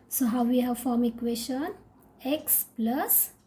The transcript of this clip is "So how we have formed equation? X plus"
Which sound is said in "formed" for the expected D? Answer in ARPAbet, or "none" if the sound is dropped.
none